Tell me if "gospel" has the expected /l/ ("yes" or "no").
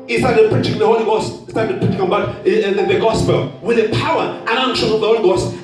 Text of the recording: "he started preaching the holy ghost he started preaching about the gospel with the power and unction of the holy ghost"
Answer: yes